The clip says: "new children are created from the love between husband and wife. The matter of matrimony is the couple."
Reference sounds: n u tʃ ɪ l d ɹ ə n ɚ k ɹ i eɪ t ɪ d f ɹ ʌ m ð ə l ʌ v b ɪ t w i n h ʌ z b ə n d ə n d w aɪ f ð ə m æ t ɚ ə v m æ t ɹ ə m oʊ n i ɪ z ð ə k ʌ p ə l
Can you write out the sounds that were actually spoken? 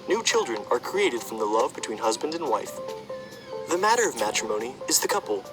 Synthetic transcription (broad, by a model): n u tʃ ɪ l d ɹ ə n ɚ k ɹ i eɪ t ɪ d f ɹ ʌ m ð ə l ʌ v b ɪ t w i n h ʌ z b ə n d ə n w aɪ f ð ə m æ t ɚ ə v m æ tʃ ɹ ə m oʊ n i ɪ z ð ə k ʌ p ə l